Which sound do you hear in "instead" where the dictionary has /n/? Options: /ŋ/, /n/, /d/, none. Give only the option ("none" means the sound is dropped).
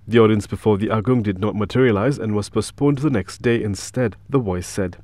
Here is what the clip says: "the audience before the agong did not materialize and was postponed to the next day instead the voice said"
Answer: /n/